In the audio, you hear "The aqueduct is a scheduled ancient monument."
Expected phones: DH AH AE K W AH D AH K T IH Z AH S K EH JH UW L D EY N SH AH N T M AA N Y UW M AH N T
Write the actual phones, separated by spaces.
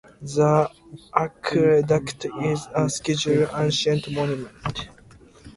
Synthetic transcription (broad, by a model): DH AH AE K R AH D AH K T IH Z AH S K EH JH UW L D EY N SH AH N T M AA N Y UW M AH N T